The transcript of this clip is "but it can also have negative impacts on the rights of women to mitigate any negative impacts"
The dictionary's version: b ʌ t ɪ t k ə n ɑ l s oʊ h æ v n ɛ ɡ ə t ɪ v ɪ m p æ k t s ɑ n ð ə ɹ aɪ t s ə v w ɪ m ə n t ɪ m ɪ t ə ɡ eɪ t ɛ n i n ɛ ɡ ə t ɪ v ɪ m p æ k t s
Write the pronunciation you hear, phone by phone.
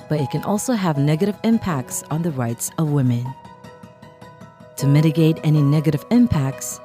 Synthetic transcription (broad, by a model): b ʌ t ɪ t k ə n ɑ l s oʊ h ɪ v n ɛ ɡ ə t ɪ v ɪ m p æ k t s n ð ə ɹ aɪ t s ə v w ɪ m ə n t ɪ m ɪ t ə ɡ eɪ t ɛ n i n ɛ ɡ ə t ɪ v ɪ m p æ k t s